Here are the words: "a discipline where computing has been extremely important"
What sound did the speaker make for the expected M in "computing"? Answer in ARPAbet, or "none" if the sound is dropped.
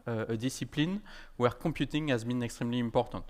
none